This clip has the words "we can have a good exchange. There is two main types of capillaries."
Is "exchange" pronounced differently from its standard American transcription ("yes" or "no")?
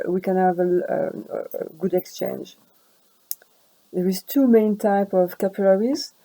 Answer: no